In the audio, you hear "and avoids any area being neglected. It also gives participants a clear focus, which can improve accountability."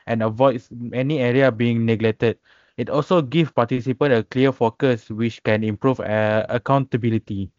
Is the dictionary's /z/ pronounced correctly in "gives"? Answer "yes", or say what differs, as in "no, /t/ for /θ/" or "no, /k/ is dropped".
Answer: no, /z/ is dropped